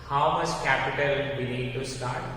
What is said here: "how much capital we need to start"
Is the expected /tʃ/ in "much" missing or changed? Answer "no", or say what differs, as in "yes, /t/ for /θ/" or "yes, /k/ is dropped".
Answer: yes, /s/ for /tʃ/